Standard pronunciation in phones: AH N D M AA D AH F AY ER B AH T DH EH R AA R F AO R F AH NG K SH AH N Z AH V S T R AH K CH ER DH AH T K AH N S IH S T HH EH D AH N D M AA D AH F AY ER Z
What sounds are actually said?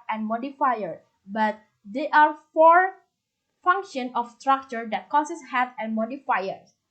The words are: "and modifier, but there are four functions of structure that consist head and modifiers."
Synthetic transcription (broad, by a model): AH N M AA D AH F AY ER B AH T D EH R AA R F AO R F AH NG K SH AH N AH F S T R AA K CH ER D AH T K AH S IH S HH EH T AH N M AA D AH F AY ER